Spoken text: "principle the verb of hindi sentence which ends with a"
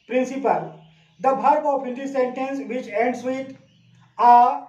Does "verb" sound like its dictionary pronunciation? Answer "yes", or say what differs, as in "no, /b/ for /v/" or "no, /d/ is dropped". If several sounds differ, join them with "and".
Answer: no, /b/ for /v/